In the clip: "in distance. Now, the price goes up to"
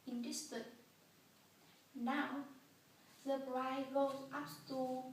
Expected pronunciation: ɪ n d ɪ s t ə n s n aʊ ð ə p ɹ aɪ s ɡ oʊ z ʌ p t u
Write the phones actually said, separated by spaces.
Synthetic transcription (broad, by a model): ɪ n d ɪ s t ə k n aʊ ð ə b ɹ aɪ ɡ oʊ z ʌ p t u